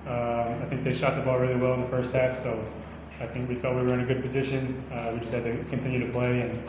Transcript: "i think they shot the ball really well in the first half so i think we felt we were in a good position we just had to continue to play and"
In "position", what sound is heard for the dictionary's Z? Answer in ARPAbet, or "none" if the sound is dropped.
Z